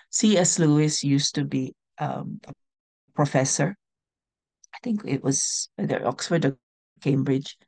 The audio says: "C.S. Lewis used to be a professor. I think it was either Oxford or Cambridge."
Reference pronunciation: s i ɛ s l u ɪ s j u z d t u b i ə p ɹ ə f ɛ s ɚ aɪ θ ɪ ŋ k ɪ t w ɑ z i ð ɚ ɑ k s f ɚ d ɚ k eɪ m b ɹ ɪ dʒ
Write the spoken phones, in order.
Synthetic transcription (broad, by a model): s i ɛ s l u ɪ s j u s t u b i ə p ɹ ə f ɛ s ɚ aɪ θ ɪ ŋ k ɪ t w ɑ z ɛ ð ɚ ɑ k s f ɚ d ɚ k eɪ m b ɹ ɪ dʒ